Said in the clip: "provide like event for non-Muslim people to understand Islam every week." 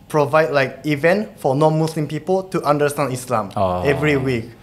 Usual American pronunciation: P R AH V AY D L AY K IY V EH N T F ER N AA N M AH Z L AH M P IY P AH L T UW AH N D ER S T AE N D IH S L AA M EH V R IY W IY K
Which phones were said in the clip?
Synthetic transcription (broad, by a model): P R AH V AY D L AY K IY V EH N T F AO N AA N M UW S L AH M P IY P AH L T UW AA N D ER S T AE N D IH S L AA M EH V R IY W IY K